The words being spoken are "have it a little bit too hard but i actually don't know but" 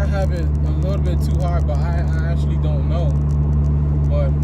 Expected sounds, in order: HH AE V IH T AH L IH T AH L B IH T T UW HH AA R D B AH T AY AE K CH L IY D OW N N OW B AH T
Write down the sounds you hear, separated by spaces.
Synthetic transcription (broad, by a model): HH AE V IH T AH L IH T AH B IH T T UW HH AA R D B AH T AY AE K CH L IY D OW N N OW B AH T